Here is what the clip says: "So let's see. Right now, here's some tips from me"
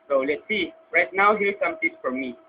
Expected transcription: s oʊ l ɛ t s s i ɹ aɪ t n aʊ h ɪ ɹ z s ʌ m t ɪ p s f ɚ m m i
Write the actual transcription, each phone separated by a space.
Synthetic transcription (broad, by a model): s oʊ l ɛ t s s i ɹ aɪ t n aʊ h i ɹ s ʌ m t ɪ s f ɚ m m i